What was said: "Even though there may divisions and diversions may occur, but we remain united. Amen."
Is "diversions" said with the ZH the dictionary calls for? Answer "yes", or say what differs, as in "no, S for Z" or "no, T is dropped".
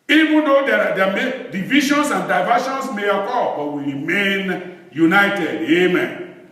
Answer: no, SH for ZH